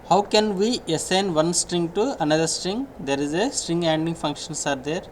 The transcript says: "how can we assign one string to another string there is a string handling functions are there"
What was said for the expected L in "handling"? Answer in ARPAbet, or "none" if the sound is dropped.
none